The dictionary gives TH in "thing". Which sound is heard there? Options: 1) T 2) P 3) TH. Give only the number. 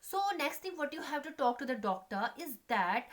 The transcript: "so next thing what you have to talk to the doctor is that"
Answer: 1